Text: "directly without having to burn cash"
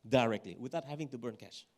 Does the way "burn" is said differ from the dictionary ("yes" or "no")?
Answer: no